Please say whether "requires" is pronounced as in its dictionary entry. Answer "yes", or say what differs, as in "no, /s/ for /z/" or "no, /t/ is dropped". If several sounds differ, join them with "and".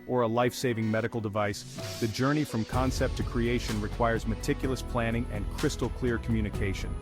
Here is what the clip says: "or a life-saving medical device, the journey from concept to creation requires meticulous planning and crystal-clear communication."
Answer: yes